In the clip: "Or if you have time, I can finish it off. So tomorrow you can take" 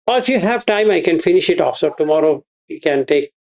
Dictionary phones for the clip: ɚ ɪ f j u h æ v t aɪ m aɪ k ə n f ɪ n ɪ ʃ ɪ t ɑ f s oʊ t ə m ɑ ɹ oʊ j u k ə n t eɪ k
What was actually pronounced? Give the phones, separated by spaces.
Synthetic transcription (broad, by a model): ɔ ɪ f j u h æ v t aɪ m aɪ k ə n f ɪ n ɪ ʃ ɪ t ɑ f s oʊ t ə m ɑ ɹ oʊ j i k ə n t eɪ k